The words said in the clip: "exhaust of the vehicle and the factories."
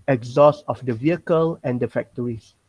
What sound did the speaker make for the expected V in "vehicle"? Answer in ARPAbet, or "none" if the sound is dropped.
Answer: V